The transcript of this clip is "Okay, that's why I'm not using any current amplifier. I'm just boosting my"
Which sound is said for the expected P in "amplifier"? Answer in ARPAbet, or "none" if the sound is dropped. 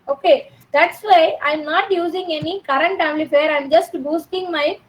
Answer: none